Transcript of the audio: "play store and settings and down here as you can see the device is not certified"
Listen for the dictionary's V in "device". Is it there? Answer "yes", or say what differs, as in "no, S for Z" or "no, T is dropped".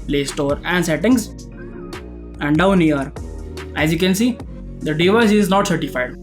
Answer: yes